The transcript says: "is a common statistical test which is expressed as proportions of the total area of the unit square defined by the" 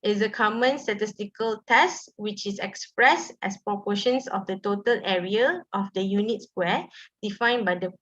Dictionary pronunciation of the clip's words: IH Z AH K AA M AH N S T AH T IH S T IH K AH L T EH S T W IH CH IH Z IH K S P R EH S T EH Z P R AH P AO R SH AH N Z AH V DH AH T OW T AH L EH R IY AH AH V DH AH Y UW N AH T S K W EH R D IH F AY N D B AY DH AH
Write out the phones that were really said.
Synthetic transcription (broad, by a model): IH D AH K AA M AH N S T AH T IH S T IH K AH L T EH S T W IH CH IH S IH K S P R EH S T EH S P R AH P AO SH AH N S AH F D AH T OW T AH L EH R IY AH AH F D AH Y UW N AH T S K W EH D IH F AY N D B AY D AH